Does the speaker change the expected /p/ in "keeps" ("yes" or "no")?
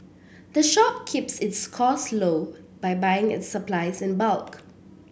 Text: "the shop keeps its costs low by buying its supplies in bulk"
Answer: no